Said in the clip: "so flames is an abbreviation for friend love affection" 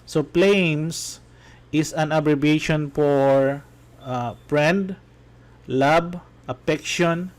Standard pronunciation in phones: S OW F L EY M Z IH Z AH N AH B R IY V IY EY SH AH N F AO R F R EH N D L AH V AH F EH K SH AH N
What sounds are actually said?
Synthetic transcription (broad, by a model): S OW P L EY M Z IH S AH N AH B R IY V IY EY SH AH N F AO R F R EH N D L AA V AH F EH K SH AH N